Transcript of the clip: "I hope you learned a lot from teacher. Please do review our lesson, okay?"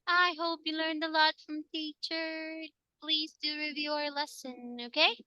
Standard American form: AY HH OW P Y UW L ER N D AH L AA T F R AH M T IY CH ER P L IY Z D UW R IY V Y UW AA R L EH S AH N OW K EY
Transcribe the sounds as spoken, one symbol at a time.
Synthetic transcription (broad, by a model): AY HH OW P Y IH L ER N D AH L AA T F R AH M T IY CH ER P L IY Z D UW R IY V Y UW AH R L EH S AH N OW K EY